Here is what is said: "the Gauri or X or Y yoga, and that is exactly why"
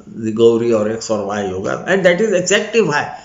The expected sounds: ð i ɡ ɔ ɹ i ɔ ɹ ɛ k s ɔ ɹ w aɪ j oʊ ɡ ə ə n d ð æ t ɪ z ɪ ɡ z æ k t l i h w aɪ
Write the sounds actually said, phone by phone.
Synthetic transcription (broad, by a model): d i ɡ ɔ ɹ i ɔ ɹ ɛ k s ɔ ɹ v aɪ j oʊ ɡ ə ə n d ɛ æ t ɪ z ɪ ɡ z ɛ k t i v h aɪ